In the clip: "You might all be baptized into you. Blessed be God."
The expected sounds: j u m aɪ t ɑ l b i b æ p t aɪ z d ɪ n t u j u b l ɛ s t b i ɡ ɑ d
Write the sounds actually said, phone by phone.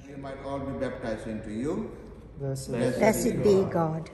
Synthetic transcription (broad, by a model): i m aɪ t ɑ l b i b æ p t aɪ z ɪ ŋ t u j u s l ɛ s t b i ɡ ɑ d